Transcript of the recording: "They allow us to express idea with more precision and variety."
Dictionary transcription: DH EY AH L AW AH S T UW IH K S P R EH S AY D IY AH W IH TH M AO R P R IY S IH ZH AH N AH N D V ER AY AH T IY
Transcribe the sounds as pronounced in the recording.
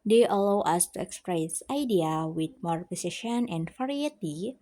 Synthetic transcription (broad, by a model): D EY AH L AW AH S T UW IH K S P R EH S AY D IY AH W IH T M AO R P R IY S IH SH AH N AH N D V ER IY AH T IY